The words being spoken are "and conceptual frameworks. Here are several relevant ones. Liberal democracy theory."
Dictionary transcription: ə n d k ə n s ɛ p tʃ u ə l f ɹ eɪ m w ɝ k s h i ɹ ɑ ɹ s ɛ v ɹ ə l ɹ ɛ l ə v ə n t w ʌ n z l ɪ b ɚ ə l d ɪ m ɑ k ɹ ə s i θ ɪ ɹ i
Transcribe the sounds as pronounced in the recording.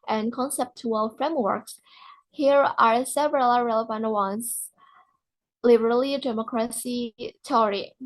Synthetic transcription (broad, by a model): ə n k ə n s ɛ p tʃ u ə l f ɹ eɪ m w ɝ k s h i ɹ ɑ ɹ s ɛ v ɹ ə l ɹ ɛ l ə v ə n t w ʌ n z l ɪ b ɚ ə l d ɪ m ɑ k ɹ ə s i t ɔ ɹ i